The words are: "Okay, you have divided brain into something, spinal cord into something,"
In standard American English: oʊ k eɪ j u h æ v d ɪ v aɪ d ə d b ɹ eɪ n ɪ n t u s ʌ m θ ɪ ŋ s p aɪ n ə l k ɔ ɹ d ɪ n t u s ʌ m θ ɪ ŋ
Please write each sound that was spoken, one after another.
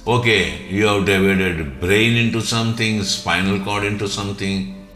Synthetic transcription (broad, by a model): oʊ k eɪ j u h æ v d ɪ v aɪ d ə d b ɹ eɪ n ɪ n t u s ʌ m t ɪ ŋ s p aɪ n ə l k ɔ ɹ d ɪ n t u s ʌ m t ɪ ŋ